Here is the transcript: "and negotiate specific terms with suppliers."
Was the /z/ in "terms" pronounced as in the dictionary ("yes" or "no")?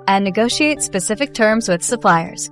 yes